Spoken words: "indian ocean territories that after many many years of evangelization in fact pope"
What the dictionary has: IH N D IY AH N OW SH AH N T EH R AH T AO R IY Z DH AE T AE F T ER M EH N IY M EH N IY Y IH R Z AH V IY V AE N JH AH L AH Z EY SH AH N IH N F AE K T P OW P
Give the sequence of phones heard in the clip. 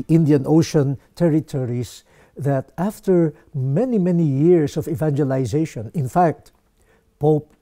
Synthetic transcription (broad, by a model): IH N D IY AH N OW SH AH N T EH R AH T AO R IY S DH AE T AE F T ER M EH N IY M EH N IY Y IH R S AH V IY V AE N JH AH L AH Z EY SH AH N IH N F AE K T P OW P